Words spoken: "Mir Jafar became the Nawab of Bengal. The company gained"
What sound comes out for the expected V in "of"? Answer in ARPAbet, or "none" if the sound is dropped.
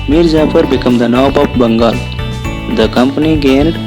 P